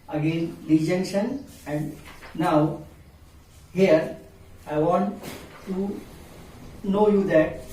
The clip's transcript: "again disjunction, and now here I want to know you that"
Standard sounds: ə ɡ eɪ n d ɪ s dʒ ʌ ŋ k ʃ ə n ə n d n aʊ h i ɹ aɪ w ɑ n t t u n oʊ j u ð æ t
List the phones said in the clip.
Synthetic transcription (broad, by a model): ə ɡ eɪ n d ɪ dʒ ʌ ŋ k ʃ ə n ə n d n aʊ h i ɹ aɪ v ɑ n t t u n oʊ j u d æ t